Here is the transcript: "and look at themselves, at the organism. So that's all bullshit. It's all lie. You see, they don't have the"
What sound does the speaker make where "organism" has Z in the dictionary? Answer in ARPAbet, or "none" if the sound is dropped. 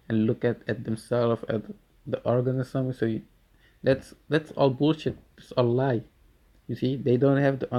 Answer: S